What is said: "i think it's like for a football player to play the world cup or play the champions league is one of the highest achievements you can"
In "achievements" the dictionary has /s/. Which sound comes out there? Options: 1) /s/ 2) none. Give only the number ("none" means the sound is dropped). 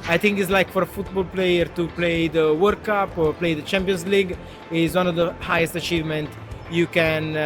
2